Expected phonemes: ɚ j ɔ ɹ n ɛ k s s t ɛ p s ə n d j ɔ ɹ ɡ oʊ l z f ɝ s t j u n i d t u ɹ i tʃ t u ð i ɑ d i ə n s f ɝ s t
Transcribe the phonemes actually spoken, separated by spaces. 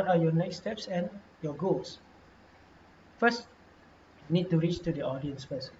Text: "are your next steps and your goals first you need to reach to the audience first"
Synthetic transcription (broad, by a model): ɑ j ɔ n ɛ k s s t ɛ p s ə n j ɔ ɡ oʊ l s f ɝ s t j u n i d t u ɹ i tʃ t u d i ɑ d i ə n s f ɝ s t